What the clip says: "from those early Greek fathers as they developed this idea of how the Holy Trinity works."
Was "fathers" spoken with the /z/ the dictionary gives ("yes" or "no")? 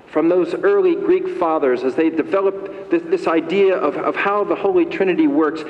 yes